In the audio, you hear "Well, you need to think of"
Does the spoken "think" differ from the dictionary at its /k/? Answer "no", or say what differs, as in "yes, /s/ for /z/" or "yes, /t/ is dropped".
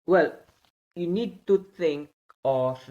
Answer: yes, /k/ is dropped